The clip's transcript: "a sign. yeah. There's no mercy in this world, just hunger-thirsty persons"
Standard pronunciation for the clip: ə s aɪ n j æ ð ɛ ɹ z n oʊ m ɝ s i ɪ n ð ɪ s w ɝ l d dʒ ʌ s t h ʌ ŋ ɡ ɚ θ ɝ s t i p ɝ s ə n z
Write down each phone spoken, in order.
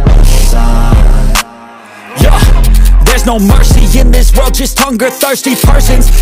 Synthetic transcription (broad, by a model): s j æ ð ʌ ɹ z n oʊ m ɝ s i ɪ n ð ɪ s w ɝ l d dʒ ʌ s t h ʌ ŋ ɡ ɚ θ ɝ s t i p ɝ s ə n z